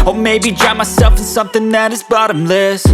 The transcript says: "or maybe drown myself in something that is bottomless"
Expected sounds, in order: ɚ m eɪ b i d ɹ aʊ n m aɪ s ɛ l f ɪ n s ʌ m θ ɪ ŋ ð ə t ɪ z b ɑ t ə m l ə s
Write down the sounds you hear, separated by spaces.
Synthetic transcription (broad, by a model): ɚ m eɪ b i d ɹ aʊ m aɪ s ɛ l f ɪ n s ʌ m θ ɪ ŋ ð ə t ɪ z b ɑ t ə m l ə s